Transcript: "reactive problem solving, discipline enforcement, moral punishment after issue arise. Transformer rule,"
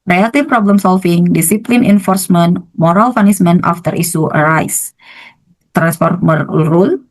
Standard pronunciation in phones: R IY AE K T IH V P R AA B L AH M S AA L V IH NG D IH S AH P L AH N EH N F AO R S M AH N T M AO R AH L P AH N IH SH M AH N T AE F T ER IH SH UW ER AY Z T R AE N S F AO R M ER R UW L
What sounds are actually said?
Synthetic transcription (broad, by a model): R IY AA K T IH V P R AA B L AH M S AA L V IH NG D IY S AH P L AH N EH N F AO R S M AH N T M AO R AH L F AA N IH S M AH N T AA F T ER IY S UW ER AY S T R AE N S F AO R M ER R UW L